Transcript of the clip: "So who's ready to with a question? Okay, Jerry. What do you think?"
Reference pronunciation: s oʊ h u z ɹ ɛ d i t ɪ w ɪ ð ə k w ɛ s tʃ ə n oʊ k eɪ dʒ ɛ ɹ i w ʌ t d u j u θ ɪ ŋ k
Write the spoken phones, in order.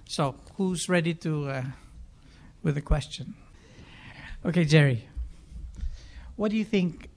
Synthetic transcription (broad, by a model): s oʊ h u z ɹ ɛ d i t ɪ w ɪ ð ə k w ɛ s tʃ ə n oʊ k eɪ dʒ ɛ ɹ i w ʌ t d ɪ j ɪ θ ɪ ŋ k